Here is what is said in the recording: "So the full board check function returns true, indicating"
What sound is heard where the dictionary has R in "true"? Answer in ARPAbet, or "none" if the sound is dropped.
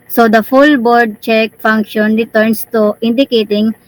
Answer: none